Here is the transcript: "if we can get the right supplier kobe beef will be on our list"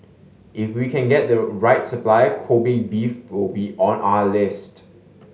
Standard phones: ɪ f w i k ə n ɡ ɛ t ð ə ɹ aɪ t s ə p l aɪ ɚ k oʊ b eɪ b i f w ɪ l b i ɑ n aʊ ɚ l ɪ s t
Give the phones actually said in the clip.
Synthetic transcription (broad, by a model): ɪ f w i k ə n ɡ ɛ t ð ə ɹ aɪ t s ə p l aɪ k oʊ b eɪ b i f w ɪ l b i ɑ n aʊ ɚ l ɪ s t